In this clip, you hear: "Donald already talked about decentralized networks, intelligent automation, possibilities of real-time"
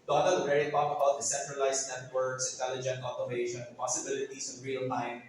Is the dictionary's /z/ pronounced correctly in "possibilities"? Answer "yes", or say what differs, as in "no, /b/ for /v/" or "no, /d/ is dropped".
no, /s/ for /z/